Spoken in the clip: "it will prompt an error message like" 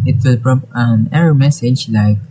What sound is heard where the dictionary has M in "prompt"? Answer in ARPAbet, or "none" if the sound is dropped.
none